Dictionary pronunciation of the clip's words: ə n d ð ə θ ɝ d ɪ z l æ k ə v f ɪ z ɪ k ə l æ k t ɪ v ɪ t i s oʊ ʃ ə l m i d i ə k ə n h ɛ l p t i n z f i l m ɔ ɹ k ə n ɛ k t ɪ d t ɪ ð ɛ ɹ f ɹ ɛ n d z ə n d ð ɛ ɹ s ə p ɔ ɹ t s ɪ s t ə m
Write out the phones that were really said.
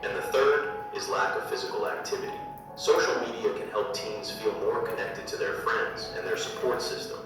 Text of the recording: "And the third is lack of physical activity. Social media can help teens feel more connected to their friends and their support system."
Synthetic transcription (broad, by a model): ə n ð ə θ ɝ d ɪ z l æ k ə v f ɪ z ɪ k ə l æ k t ɪ v ɪ t i s oʊ ʃ l m i d i ə k ə n h ɛ l p t i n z f i l m ɔ ɹ k ə n ɛ k t ɪ d t ɪ ð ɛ ɹ f ɹ ɛ n d z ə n ð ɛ ɹ s ə p ɔ ɹ t s ɪ s t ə m